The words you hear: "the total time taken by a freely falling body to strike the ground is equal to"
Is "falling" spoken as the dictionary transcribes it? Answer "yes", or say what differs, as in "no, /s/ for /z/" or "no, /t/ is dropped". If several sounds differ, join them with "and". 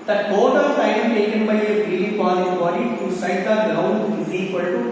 no, /p/ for /f/